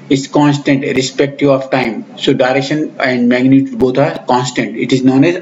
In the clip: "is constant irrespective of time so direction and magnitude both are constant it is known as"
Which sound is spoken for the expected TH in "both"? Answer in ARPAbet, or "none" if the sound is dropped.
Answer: T